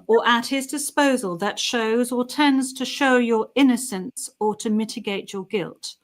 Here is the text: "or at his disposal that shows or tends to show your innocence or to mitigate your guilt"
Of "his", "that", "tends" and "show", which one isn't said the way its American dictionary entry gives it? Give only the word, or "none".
none